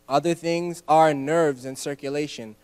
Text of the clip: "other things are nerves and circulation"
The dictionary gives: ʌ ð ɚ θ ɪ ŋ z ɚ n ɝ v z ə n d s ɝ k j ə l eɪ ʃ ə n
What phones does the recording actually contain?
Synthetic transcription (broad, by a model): ʌ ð ɚ θ ɪ ŋ z ɚ n ɝ v z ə n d s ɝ k j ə l eɪ ʃ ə n